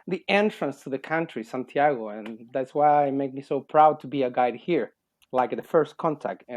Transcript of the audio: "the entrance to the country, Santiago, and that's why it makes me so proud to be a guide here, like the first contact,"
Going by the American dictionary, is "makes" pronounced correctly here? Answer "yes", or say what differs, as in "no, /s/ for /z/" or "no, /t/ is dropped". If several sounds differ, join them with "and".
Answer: no, /s/ is dropped